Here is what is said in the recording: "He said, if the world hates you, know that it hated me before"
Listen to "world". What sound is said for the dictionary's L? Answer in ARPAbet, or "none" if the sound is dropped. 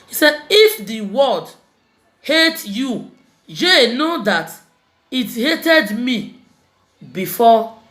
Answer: none